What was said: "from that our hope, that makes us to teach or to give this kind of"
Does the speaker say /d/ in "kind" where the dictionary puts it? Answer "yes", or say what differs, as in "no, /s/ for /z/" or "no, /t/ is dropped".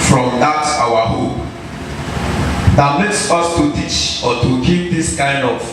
yes